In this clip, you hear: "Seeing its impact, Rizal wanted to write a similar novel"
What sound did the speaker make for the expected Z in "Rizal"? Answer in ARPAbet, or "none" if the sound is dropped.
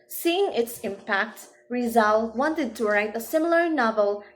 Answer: Z